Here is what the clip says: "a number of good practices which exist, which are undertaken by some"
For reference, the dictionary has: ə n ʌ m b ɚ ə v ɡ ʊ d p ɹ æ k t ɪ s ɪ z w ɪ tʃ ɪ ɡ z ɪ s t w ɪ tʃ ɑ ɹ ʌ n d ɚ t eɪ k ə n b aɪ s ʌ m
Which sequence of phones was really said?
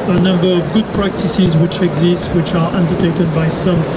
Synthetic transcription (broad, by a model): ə n ʌ m b ɚ ə v ɡ ʊ d p ɹ æ k t ɪ s ɪ z w ɪ tʃ ɪ ɡ z ɪ s t w ɪ tʃ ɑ ɹ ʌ n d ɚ t eɪ k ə n b aɪ s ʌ m